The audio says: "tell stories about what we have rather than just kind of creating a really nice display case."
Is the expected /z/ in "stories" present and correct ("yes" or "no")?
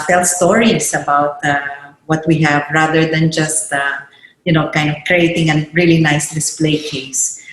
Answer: no